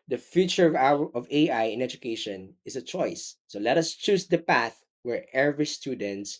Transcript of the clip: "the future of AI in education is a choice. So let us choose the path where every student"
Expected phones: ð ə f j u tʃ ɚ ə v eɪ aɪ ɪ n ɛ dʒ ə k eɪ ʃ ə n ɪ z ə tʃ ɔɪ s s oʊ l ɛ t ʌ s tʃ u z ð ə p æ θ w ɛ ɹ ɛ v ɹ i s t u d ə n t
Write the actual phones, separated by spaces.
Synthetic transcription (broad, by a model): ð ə f j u tʃ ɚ ə v eɪ aɪ ɪ n ɛ dʒ ə k eɪ ʃ ə n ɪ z ə tʃ ɔɪ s s oʊ l ɛ t ʌ s tʃ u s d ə p æ θ w ɛ ɹ ɛ v ɹ i s t u d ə n t